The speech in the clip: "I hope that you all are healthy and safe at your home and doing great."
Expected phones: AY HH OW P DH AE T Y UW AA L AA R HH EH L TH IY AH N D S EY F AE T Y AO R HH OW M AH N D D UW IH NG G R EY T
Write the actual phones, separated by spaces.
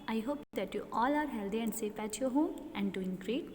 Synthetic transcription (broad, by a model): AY HH OW P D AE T Y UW AA L AA R HH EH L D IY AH N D S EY P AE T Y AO HH OW M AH N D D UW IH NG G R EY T